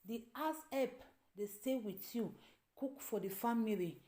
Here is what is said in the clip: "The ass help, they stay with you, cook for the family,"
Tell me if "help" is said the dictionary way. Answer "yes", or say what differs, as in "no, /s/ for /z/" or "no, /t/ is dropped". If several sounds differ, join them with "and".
no, /l/ is dropped